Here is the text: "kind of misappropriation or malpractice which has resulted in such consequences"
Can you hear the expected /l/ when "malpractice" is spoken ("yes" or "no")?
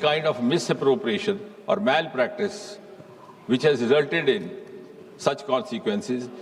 yes